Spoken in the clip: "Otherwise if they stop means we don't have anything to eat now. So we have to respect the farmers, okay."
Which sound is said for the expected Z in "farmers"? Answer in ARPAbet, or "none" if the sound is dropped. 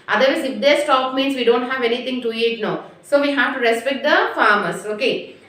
S